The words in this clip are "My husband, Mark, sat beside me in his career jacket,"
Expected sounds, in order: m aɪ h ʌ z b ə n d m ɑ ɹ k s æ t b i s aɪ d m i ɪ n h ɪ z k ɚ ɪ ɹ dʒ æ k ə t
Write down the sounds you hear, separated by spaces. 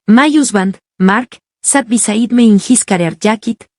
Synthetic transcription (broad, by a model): m aɪ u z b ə n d m ɑ ɹ k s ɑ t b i s aɪ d m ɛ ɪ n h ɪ s k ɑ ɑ ɹ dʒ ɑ k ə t